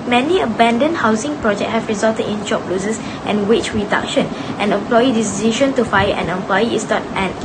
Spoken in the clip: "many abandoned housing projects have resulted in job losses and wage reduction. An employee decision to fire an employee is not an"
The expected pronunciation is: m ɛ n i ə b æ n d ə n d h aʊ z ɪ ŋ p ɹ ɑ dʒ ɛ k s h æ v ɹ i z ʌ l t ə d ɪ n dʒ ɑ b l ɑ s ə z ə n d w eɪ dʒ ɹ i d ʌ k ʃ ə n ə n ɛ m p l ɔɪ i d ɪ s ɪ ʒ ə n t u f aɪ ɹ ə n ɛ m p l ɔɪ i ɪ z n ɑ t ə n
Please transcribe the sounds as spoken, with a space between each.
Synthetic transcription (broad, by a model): m ɛ n i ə b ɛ n d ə n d h aʊ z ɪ ŋ p ɹ ɑ dʒ ɛ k h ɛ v ɹ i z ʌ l t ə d ɪ n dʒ ɑ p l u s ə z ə n w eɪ tʃ ɹ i d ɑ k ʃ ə n ə n ɛ m p l ɔɪ i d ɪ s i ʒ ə n t u f aɪ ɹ ə n ɛ m p l ɔɪ i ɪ s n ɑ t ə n